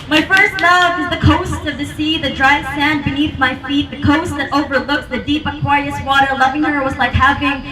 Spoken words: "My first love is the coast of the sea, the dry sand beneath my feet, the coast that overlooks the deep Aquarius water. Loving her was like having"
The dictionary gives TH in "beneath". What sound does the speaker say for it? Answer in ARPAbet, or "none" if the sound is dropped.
TH